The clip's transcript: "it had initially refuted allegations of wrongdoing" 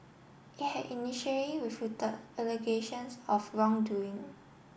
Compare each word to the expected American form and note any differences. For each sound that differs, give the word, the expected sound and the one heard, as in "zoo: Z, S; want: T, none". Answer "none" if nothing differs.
refuted: D, none; allegations: Z, S; of: V, F